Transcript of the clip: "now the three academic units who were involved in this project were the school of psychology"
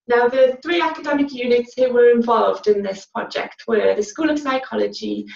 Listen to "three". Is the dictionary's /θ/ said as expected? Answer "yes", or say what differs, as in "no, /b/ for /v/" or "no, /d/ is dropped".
yes